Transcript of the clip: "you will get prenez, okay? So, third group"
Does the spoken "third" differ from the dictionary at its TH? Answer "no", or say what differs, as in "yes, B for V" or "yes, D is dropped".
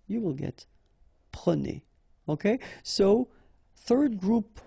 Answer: no